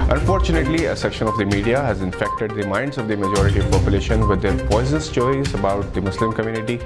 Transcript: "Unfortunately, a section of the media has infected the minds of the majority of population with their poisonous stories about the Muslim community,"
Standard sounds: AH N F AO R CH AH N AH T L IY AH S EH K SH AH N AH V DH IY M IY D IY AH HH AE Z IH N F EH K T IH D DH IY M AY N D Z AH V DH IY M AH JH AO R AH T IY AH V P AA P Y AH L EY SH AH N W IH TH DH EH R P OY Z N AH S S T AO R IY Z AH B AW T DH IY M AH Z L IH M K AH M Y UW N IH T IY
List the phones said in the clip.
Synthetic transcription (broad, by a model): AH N F AO R CH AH N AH T L IY AH S EH K SH AH N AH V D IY M IY D IY AH HH AE Z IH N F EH K T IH D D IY M AY N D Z AH V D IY M AH JH AO R AH T IY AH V P AA P Y AH L EY SH AH N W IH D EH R P OY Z AH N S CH AO IY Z AH B AW T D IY M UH S L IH M K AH M Y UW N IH T IY